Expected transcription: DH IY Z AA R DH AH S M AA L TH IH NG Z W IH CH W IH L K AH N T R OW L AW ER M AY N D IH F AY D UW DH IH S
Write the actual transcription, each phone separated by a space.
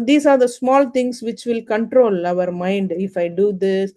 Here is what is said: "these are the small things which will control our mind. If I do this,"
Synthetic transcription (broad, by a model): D IY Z AA R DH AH S M AA L T IH NG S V IH CH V IH L K AH N T R OW L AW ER M AY N D IH F AY D UW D IH S